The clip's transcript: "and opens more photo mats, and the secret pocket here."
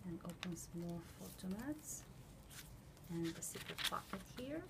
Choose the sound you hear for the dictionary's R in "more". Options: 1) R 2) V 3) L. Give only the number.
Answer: 3